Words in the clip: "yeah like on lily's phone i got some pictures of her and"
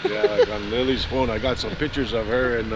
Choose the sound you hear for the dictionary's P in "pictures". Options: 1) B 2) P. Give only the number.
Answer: 2